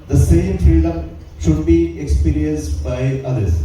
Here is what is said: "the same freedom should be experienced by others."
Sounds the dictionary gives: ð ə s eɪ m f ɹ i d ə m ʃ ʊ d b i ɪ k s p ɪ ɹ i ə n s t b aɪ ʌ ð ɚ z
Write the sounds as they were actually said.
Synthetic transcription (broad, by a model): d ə s eɪ m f i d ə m ʃ ʊ d b i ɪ k s p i ɹ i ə n s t b aɪ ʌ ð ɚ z